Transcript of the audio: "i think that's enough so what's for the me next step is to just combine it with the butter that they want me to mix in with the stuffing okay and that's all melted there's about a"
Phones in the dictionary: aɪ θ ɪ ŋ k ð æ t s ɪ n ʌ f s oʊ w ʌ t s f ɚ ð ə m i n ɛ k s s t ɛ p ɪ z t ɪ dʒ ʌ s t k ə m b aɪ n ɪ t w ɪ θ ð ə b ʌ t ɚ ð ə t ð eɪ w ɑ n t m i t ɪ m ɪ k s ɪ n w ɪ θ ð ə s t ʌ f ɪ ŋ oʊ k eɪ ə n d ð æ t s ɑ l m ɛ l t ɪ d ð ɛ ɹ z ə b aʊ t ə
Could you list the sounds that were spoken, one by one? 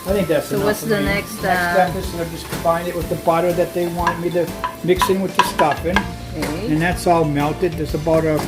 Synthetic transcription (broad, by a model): aɪ θ ɪ ŋ k ð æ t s s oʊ w ʌ t s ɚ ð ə n ɛ k s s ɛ ɪ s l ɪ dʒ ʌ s k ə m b aɪ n ɪ t w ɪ ð ə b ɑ t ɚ ð ə t ð eɪ w ɑ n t m i t ɪ m ɪ k s ɪ n w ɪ ð ə s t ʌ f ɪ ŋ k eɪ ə n ð æ t s ɑ l m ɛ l t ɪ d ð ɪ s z ə b aʊ t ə